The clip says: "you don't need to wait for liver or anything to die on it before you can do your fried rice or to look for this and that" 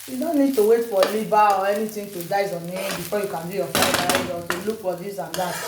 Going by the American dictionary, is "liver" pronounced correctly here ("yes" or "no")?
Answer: no